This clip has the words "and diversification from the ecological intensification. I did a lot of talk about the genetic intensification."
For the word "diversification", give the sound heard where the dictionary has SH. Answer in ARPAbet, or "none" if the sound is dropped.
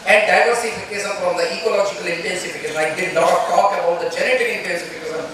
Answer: S